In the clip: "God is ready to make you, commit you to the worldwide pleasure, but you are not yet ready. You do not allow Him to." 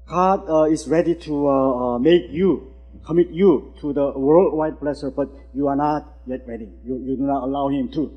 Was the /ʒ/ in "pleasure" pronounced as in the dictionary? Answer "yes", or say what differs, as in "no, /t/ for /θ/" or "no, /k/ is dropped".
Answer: no, /s/ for /ʒ/